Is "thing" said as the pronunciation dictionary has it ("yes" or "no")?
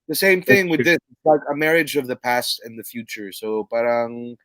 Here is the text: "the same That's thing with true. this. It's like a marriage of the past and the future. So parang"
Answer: yes